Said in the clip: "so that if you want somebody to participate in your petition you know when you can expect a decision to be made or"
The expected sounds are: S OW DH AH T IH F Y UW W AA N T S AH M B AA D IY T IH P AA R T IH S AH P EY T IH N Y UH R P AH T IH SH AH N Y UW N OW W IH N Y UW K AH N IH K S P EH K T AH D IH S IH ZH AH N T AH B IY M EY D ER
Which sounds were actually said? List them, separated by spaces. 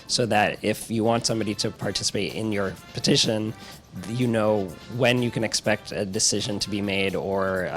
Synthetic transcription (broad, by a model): S OW DH AH T IH F Y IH W AA N T S AH M B AA D IY T IH P AA R T IH S AH P EY T IH N Y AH R P AH T IH SH AH N Y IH N OW W IH N Y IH K AH N IH K S P EH K T AH D IH S IH ZH AH N T AH B IY M EY D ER